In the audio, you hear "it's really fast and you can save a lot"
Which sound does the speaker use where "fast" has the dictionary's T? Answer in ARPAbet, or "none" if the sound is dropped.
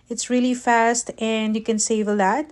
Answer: T